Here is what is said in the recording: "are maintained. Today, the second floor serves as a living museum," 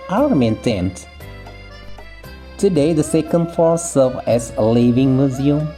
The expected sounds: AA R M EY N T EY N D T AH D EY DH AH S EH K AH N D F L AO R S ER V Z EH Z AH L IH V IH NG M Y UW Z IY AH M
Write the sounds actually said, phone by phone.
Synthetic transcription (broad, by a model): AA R M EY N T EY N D T AH D EY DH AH S EH K AH N D F AO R S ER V EH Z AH L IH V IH NG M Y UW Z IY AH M